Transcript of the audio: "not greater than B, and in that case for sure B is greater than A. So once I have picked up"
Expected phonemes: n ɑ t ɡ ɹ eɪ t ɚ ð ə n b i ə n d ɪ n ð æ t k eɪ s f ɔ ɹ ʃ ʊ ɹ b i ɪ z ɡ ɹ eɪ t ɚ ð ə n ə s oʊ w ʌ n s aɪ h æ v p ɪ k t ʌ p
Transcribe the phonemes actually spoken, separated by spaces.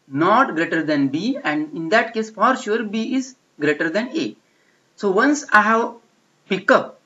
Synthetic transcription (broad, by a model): n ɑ t ɡ ɹ eɪ t ɚ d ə n b i ə n d ɪ n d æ t k eɪ s f ɔ ɹ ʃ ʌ ɹ b i ɪ z ɡ ɹ eɪ t ɚ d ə n ə s oʊ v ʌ n s aɪ h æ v p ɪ k ʌ p